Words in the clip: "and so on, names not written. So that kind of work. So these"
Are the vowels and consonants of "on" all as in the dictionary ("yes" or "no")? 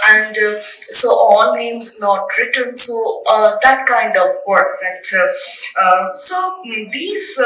no